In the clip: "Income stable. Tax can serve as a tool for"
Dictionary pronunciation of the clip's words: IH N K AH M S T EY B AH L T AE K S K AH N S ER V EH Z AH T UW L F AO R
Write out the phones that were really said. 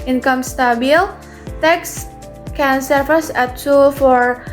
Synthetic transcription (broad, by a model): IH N K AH M S T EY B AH L T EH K S K AH N S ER F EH S AH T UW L F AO R